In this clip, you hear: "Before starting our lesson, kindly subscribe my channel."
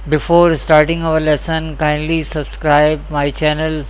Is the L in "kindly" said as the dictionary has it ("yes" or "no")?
yes